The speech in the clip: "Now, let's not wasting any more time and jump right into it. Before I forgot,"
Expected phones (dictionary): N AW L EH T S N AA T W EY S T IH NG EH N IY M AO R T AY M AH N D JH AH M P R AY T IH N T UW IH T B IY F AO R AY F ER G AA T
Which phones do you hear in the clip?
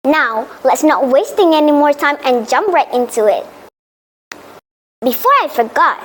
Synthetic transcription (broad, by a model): N AW L EH T S N AA T W EY S T IH NG EH N IY M AO R T AY M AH N JH AH M P R AY T IH N T UW IH T B IY F AO R AY F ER G AA T